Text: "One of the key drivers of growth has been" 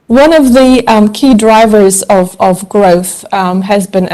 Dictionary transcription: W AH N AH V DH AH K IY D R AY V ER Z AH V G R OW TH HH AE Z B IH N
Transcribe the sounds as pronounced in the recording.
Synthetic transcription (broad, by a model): W AH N AH V DH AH K IY D R AY V ER Z AH V G R OW TH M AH Z B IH N